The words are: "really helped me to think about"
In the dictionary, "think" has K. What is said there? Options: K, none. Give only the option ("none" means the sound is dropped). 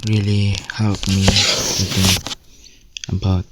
none